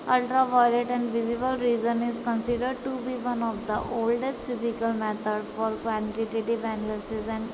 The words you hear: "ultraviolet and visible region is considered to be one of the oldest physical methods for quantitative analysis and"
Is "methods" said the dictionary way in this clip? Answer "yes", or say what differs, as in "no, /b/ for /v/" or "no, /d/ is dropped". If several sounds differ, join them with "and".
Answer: no, /t/ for /θ/ and /z/ is dropped